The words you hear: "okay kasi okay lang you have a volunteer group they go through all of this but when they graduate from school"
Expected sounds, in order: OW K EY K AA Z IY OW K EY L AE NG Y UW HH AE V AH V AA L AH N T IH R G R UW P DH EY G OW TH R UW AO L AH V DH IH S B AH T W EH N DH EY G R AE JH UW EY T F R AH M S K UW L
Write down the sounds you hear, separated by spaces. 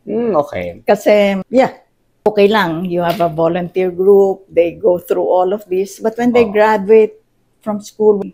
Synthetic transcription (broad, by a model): OW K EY K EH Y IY OW K EY L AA NG Y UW HH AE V AH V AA L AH N T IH R G R UW P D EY G OW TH R UW AO L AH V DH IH S B AH T W EH N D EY G R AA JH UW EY T F R AH M S K UW L